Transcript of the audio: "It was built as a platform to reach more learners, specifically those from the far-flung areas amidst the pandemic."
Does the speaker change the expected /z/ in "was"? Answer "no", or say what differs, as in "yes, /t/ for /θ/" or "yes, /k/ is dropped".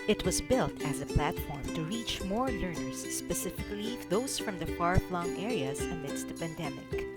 no